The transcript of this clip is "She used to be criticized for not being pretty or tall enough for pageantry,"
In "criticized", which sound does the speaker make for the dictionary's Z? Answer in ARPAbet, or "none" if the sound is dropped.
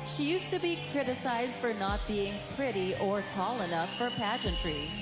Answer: Z